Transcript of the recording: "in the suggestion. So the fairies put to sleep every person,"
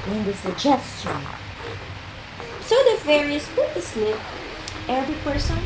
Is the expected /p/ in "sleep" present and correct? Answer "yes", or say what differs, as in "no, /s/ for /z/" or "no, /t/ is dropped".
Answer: no, /p/ is dropped